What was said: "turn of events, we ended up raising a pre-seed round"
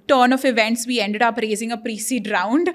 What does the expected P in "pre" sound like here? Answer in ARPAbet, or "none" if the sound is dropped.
P